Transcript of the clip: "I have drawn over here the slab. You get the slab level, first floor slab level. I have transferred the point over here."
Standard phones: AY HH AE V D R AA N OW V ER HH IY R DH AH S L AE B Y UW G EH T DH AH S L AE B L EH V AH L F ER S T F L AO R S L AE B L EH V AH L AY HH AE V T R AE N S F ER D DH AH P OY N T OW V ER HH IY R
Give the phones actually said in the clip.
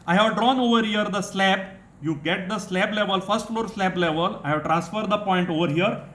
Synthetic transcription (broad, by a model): AY HH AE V D R AA N OW V ER HH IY R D AH S L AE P Y UW G EH T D AH S L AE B L EH V AH L F ER S T F L AO R S L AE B L EH V AH L AY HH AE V T R AE N S F ER D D AH P OY N T OW V ER HH IY R